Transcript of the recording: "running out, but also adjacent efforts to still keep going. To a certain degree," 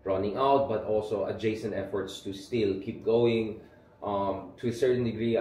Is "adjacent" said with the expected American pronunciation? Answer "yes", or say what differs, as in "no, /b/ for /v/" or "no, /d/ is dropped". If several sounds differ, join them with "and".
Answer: yes